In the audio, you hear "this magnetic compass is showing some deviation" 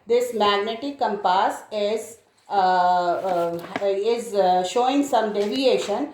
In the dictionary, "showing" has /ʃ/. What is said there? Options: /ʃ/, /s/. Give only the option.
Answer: /ʃ/